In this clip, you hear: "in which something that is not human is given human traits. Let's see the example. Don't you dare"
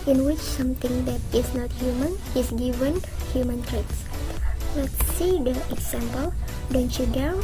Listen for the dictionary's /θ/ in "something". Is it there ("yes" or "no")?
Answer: no